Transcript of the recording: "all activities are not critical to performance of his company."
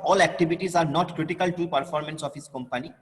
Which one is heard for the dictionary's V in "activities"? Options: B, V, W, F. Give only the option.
B